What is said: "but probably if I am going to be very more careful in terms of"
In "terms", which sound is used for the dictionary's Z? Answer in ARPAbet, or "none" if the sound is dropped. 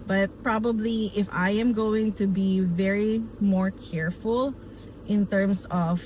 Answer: S